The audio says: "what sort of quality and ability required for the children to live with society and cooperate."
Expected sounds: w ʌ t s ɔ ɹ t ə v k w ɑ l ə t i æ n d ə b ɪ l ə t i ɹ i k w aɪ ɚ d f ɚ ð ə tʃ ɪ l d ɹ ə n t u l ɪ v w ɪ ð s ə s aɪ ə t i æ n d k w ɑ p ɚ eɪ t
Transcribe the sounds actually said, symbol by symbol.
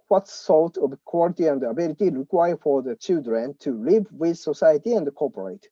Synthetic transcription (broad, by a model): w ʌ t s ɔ l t ə v k w ɑ l ə t i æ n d ə b ɪ l ə t i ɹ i k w aɪ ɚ f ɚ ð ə tʃ ɪ l d ɹ ə n t u l ɪ v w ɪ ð s ə s aɪ ə t i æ n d k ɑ p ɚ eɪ t